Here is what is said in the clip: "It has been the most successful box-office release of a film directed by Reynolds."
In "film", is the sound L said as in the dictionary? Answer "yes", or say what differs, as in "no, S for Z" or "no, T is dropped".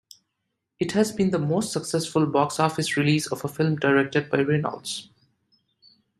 yes